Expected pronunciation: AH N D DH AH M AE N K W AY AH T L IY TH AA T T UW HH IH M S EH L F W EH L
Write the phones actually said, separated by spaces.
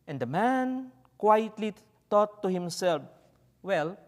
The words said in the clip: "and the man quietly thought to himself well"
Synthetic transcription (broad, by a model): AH N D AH M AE N K W AY AH T L IY T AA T T UW HH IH M S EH L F W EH L